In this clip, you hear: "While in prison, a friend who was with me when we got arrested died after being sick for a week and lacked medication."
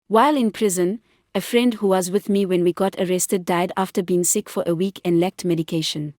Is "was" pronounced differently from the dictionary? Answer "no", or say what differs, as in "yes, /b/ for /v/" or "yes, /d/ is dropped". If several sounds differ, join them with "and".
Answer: no